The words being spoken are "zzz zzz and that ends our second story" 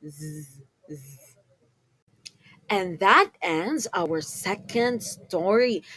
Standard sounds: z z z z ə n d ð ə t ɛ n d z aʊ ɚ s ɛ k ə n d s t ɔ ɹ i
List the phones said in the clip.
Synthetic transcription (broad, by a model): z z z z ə n ð ə t ɛ n d z aʊ ɚ s ɛ k ə n d s t ɔ ɹ i